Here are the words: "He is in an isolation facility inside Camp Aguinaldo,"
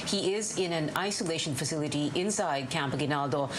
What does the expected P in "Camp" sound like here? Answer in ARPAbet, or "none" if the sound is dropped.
P